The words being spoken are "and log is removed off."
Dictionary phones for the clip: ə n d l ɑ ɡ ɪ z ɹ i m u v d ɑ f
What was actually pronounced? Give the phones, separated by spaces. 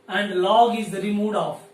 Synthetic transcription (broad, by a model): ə n d l ɑ ɡ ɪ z ɹ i m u d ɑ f